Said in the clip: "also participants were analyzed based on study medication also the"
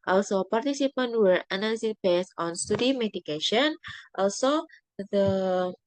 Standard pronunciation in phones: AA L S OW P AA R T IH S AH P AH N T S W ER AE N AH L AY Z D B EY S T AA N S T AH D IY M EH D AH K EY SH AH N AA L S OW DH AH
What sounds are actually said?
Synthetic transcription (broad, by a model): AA L S OW P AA R T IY S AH P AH N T W ER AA N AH L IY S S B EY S AA N S T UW D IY M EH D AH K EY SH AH N AA L S OW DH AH